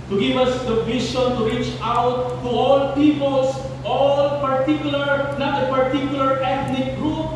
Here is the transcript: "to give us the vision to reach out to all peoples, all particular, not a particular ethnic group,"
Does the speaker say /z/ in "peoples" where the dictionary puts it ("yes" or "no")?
no